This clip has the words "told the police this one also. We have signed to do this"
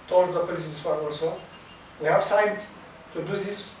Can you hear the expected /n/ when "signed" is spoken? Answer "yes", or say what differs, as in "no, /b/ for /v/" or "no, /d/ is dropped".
no, /n/ is dropped